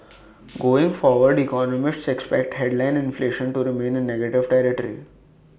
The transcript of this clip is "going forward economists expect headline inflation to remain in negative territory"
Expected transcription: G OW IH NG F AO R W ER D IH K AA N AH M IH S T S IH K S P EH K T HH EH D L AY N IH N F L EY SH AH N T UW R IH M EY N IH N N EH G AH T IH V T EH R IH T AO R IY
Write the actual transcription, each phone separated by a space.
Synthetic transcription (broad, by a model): G OW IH NG F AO R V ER D IH K AA N AH M IH S T S IH K S P EH K T HH EH D L AY N IH N F L EY SH AH N T UW R IH M EY N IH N N EH G AH T IH V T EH R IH T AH R IY